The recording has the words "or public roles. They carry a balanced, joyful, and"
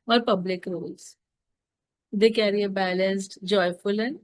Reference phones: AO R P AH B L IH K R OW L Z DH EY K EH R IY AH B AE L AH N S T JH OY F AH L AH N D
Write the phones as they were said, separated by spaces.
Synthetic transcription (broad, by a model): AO R P AH B L IH K R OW L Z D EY K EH R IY AH B AE L AH N S T JH OY F AH L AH N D